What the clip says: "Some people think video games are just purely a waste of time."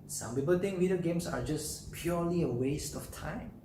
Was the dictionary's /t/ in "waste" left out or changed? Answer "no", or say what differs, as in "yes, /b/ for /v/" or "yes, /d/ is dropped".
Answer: no